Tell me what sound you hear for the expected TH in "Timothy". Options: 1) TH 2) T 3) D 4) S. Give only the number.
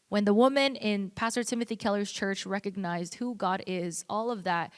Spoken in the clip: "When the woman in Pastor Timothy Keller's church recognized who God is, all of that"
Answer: 1